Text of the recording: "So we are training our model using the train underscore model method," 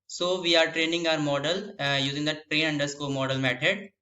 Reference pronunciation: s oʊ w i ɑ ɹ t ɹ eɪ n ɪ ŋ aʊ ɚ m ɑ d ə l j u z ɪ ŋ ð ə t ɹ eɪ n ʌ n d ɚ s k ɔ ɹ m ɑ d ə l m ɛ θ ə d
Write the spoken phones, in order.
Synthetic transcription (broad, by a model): s oʊ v i ɑ ɹ t ɹ eɪ n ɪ ŋ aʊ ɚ m ɑ d ə l j u z ɪ ŋ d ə t ɹ eɪ n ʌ n d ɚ s k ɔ l m ɑ d ə l m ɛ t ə d